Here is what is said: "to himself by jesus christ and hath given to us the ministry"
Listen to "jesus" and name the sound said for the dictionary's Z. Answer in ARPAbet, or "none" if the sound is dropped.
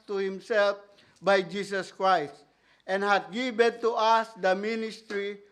S